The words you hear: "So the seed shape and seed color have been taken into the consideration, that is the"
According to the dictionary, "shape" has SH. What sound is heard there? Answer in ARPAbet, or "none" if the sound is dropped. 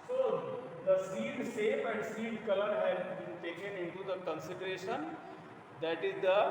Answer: S